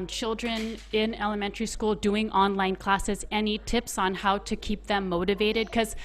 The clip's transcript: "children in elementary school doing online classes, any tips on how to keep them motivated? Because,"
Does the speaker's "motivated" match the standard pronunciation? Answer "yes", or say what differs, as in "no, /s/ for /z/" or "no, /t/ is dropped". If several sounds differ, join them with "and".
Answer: yes